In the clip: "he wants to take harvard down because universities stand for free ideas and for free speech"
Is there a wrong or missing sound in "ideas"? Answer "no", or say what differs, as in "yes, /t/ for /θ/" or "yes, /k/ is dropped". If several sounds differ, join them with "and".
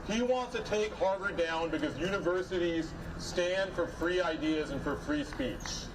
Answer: no